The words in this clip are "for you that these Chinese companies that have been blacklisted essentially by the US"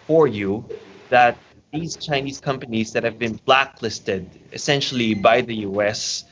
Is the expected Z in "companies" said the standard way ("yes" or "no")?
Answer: yes